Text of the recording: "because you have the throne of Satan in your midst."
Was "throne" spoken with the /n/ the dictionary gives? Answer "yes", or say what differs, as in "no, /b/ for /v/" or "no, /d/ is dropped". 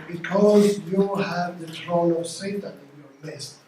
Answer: no, /l/ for /n/